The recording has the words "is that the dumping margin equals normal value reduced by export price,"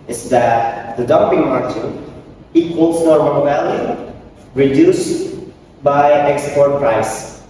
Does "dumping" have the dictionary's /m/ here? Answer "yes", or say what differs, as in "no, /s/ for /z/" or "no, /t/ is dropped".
yes